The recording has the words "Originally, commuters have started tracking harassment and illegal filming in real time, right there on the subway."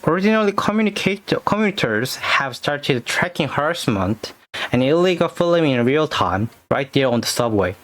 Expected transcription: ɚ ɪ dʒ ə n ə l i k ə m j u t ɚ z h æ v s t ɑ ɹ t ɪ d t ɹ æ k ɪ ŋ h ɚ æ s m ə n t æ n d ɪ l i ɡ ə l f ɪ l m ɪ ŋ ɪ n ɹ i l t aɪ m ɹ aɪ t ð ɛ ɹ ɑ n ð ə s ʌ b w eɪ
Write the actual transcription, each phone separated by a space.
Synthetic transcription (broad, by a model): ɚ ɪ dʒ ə n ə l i k ə m j u t ɚ z h æ v s t ɑ ɹ t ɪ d t ɹ æ k ɪ ŋ h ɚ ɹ s m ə n t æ n ɪ l i ɡ ə l f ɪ l ɪ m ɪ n ɹ i l t aɪ m ɹ aɪ t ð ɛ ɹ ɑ n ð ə s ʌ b w eɪ